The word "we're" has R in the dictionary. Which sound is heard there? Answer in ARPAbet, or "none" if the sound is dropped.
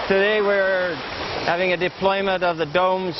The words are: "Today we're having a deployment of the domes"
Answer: R